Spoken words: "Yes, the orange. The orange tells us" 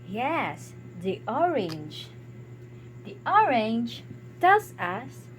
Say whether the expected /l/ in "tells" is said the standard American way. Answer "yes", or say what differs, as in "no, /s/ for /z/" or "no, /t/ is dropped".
no, /l/ is dropped